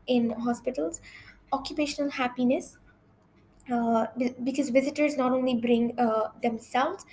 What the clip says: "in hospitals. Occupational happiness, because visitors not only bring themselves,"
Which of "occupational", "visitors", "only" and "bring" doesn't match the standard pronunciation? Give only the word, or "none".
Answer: none